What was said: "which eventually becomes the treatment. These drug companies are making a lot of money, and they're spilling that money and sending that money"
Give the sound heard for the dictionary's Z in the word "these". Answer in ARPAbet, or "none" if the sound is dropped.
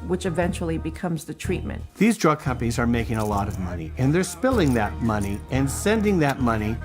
Z